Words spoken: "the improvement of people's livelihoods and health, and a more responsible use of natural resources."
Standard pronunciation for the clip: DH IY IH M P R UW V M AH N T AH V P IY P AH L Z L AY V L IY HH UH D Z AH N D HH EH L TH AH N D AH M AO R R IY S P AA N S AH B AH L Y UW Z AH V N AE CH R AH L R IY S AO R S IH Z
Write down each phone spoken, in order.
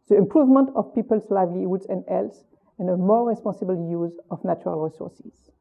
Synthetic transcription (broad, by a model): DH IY IH M P R UW V M AH N T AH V P IY P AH L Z L AY V L IY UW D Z AH N D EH L S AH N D AH M AO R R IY S P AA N S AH B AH L Y UW Z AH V N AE CH R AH L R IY S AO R S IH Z